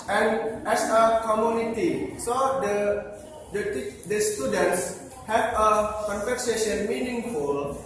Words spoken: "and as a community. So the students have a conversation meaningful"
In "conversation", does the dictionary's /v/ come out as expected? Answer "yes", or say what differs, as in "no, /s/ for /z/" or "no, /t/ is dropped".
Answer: no, /p/ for /v/